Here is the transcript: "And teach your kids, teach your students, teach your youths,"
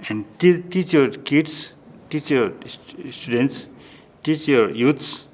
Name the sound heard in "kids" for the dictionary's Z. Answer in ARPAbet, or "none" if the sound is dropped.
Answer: S